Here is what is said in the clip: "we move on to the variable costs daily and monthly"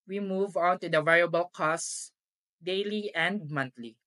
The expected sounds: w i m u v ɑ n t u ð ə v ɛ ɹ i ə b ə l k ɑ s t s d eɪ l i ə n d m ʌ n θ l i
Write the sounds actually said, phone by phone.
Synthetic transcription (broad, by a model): w i m u v ɑ n t u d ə v ɛ ɹ i ə b ə l k ɑ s s d eɪ l i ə n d m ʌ n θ l i